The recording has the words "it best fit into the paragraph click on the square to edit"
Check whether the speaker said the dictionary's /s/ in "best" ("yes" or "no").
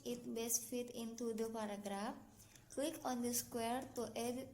yes